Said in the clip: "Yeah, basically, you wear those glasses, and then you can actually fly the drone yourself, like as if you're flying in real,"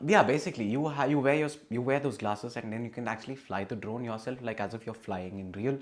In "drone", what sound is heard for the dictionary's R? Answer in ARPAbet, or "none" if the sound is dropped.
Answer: R